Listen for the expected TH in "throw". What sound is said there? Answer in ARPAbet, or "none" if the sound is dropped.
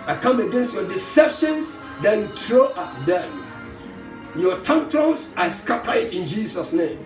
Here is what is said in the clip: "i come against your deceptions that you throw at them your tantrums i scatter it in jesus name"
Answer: T